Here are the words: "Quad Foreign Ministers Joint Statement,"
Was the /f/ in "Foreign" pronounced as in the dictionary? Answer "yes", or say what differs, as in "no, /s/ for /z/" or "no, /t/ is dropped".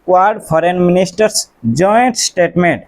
no, /p/ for /f/